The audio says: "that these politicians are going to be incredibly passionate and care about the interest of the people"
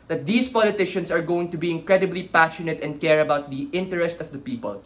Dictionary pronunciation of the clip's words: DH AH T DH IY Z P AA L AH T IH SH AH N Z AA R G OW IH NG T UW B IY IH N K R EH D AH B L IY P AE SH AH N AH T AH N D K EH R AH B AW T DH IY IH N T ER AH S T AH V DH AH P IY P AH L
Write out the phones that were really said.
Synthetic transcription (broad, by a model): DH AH T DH IY S P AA L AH T IH SH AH N S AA R G OW IH NG T UW B IY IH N K R EH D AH B L IY P AE SH AH N AH T AH N D K EH R AH B AW T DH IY IH N T ER AH S T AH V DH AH P IY P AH L